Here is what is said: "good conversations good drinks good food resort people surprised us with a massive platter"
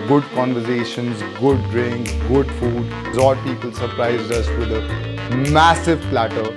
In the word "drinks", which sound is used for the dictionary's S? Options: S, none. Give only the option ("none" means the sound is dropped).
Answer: none